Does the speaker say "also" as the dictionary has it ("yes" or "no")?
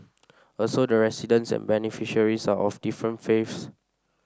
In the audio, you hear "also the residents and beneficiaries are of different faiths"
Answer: yes